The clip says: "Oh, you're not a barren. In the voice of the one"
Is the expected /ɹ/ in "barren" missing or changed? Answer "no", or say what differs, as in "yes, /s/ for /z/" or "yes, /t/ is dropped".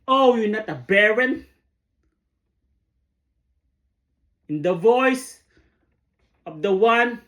no